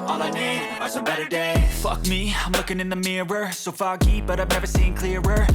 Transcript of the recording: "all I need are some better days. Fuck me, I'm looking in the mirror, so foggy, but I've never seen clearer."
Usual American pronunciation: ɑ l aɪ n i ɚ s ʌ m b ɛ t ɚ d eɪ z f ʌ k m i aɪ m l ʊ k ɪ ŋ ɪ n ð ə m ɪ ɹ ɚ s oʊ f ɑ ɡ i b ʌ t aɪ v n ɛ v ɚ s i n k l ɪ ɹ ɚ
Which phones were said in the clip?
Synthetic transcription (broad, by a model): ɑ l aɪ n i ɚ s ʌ b ɛ t ɚ d eɪ f ʌ k m i aɪ m l ʊ k ɪ ŋ ɪ n ð ə m ɪ ɹ ɚ s oʊ f ɑ ɡ i b ʌ t aɪ v n ɛ v ɚ s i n k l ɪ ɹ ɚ